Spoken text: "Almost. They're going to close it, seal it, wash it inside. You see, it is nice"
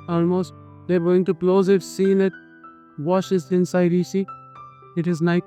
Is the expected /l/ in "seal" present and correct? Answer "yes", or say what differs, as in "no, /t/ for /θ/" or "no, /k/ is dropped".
no, /n/ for /l/